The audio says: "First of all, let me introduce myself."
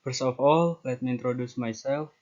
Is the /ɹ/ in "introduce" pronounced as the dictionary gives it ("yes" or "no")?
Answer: yes